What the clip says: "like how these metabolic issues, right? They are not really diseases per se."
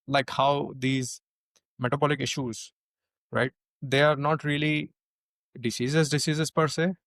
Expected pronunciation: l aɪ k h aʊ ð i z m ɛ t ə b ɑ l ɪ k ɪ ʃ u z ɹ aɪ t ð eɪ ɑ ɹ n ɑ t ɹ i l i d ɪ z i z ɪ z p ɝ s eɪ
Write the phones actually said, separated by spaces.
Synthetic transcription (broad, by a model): l aɪ k h aʊ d i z m ɛ t ə b ɑ l ɪ k ɪ ʃ u z ɹ aɪ t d eɪ ɑ ɹ n ɑ t ɹ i l i d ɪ s i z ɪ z p ɝ s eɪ